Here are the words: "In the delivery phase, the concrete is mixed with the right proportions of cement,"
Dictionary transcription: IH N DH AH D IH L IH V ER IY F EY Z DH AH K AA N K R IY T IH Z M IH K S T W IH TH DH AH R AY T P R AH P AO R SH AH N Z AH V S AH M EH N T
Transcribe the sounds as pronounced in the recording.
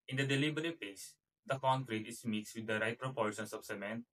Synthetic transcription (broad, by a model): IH N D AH D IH L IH B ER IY P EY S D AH K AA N K R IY T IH S M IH K S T W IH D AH R AY T P R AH P AO R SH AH N S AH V S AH M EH N T